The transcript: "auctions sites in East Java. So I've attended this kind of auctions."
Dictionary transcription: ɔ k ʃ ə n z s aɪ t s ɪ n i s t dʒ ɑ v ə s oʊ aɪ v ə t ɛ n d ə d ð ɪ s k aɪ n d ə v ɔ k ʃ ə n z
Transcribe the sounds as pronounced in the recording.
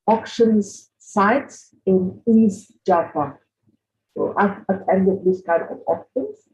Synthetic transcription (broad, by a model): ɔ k ʃ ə n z s aɪ t s ɪ n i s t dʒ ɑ p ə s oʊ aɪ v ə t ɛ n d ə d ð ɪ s k aɪ n d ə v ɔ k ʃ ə n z